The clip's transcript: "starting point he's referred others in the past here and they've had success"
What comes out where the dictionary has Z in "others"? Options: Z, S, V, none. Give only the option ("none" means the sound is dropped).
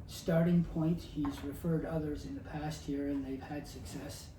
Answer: Z